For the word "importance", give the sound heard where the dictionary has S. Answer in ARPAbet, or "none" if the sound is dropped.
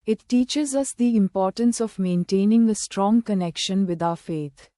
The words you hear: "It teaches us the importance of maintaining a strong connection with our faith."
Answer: S